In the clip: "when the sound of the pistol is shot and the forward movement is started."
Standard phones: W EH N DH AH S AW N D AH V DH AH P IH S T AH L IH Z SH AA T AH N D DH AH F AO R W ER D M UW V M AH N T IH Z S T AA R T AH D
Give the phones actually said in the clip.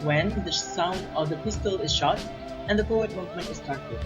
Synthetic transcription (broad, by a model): W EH N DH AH S AW N D AH V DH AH P IH S T AH L IH Z SH AA T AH N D DH AH P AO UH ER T M UW V M AH N T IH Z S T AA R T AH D